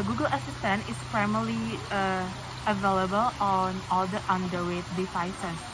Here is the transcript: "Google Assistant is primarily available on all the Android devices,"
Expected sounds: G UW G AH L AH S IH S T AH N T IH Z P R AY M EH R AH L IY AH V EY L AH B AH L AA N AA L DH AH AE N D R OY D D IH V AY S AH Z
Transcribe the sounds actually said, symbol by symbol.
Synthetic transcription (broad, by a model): G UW G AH L AH S IH S T AH N T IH S P R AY M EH L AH IY AH V EY L AH B AH L AA N AA L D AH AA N D W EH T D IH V AY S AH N